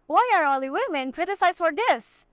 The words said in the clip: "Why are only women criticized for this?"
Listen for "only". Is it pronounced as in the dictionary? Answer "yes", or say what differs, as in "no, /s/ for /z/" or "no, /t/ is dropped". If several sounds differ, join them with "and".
no, /n/ is dropped